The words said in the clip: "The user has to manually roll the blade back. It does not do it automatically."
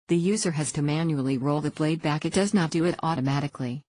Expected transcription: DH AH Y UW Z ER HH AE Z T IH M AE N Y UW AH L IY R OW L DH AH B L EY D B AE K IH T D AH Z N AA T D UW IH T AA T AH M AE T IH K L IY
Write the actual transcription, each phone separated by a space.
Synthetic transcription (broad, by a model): DH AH Y UW Z ER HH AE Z T IH M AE N Y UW L IY R OW L DH AH B L EY D B AE K IH T D AH Z N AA T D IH IH T AA T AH M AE T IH K L IY